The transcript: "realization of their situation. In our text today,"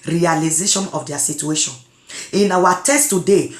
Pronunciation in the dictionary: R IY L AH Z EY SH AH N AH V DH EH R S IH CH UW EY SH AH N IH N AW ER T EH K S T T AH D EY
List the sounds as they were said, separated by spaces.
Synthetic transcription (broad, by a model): R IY L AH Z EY SH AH N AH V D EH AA S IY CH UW EY SH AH N IH N AW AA T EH S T T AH D EY